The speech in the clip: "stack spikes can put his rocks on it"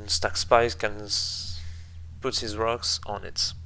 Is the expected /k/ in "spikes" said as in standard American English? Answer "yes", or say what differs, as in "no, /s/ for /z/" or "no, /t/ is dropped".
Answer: no, /k/ is dropped